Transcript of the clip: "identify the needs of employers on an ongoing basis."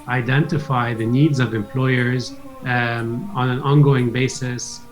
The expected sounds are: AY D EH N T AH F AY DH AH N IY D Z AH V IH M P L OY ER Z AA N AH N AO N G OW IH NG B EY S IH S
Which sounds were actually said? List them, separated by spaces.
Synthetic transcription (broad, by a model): AY D EH N T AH F AY DH AH N IY D Z AH V IH M P L OY ER Z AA N AH N AO N G OW IH NG B EY S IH S